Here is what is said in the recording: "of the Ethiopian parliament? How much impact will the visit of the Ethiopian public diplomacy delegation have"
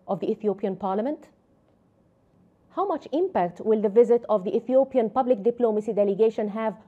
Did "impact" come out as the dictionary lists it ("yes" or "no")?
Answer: yes